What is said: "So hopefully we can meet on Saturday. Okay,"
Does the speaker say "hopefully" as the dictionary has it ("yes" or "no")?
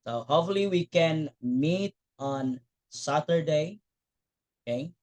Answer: no